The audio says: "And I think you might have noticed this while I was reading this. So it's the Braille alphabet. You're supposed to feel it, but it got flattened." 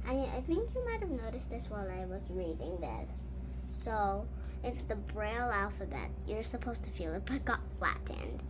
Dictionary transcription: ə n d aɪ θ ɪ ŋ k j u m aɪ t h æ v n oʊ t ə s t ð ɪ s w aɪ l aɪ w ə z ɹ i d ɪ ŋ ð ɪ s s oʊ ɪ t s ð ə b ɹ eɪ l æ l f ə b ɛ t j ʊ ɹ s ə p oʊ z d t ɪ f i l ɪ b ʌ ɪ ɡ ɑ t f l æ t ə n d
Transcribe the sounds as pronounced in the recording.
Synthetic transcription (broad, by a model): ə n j aɪ θ ɪ ŋ k j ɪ m aɪ t h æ v n oʊ t ə s t ð ɪ s w aɪ l aɪ w ə z ɹ i d ɪ ŋ ð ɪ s s oʊ ɪ t s ð ə b ɹ eɪ l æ l f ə b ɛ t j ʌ ɹ s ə p oʊ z t ɪ f i l ɪ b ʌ ɪ ɡ ɑ t f l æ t n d